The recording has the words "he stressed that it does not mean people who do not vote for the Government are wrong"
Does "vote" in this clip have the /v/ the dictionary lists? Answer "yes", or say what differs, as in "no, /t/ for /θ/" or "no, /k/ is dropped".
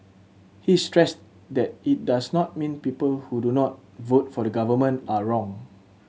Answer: yes